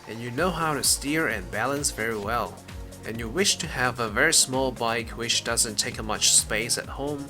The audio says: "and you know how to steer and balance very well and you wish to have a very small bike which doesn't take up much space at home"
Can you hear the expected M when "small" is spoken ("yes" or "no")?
yes